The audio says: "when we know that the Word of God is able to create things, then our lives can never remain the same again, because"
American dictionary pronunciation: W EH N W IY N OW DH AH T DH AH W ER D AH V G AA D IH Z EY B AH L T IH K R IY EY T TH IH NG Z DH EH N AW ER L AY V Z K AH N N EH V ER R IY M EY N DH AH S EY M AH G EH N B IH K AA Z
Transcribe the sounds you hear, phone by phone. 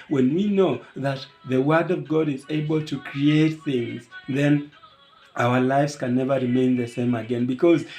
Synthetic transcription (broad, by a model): W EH N W IY N OW DH AH T DH AH W ER D AH V G AA D IH Z EY B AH L T IH K R IY EY T TH IH NG Z DH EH N AW ER L AY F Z K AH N N EH V ER R IY M EY N DH AH S EY M AH G EH N B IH K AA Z